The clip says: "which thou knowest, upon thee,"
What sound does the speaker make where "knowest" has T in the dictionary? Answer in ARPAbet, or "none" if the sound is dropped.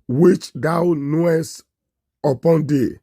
T